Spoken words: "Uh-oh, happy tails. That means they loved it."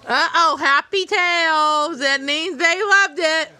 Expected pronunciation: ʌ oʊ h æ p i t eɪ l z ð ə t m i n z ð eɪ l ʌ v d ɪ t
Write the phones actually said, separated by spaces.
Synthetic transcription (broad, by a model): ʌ oʊ h æ p i t eɪ l z ð ə t m i n z ð eɪ l ʌ v d ɪ t